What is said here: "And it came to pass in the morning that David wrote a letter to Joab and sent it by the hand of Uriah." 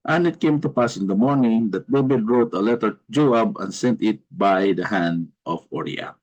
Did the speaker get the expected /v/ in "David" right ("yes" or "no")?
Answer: no